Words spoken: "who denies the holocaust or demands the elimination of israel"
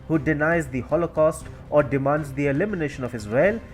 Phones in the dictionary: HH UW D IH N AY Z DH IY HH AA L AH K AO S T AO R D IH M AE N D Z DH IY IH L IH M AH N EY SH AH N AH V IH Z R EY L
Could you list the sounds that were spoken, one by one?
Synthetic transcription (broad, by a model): HH UW D IH N AY Z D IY HH AA L AH K AO S T AO R D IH M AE N D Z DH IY IH L IH M AH N EY SH AH N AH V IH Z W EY L